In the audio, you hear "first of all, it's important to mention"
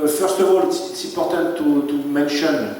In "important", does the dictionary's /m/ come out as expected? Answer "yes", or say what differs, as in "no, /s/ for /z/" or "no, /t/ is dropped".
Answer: no, /m/ is dropped